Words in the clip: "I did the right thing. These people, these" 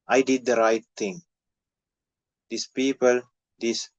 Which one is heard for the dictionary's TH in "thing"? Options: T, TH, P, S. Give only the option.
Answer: T